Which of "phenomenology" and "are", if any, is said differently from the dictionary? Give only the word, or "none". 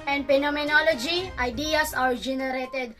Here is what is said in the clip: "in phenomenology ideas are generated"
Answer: phenomenology